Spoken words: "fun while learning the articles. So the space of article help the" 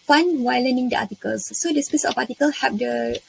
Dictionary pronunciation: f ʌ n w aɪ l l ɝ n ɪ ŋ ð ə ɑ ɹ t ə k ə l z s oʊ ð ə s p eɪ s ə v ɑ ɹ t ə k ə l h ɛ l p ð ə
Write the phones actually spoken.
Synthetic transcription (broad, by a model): f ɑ n w aɪ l l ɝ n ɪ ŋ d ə ɑ t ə k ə l s oʊ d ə s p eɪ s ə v ɑ t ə k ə l h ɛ p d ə